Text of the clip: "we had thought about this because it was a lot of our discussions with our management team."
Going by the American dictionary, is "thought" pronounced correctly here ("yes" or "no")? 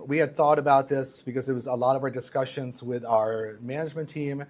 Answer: yes